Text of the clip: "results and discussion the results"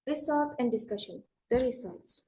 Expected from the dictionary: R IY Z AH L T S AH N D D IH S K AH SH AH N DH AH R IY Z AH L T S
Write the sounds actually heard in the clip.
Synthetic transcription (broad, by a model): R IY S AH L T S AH N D D IH S K AH SH AH N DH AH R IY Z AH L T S